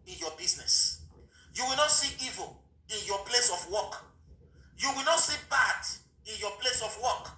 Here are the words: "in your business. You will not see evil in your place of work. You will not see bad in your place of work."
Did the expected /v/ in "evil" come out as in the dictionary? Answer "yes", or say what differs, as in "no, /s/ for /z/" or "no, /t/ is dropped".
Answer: yes